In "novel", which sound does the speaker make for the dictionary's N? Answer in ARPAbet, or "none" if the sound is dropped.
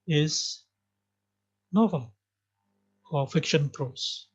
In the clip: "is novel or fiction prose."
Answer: N